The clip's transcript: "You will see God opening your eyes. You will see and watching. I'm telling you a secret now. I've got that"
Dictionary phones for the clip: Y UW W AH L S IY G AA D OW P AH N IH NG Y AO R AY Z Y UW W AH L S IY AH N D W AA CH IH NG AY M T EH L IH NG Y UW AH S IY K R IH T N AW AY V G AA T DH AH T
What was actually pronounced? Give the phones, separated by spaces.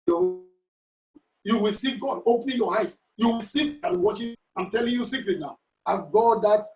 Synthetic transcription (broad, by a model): Y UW W AH L S IY G AA D OW P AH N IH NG Y AO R AY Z Y UW W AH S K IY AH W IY W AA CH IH AY M T EH L IH NG Y UW S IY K L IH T N AW AY V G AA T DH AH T